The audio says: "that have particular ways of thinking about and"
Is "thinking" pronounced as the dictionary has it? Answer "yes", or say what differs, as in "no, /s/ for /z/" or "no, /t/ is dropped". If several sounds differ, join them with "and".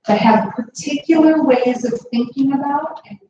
yes